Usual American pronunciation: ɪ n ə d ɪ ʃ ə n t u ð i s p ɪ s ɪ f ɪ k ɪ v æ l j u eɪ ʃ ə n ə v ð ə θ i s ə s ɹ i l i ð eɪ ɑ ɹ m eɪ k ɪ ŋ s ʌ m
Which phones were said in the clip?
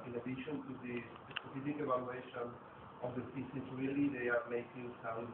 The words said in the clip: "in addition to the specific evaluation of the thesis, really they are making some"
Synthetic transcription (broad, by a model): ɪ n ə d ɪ ʃ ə n t u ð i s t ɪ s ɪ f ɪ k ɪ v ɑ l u eɪ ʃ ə n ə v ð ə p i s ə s ɹ i l i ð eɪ ɑ ɹ m eɪ k ɪ ŋ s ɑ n